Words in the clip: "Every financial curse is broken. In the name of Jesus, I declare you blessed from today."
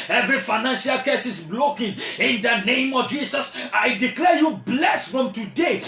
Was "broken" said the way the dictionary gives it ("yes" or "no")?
no